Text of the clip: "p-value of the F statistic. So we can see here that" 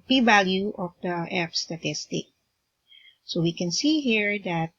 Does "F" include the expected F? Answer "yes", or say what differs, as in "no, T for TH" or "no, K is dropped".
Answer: no, P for F